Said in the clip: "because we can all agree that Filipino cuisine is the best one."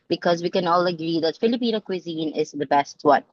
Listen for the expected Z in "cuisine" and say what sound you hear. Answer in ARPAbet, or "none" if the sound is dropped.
Z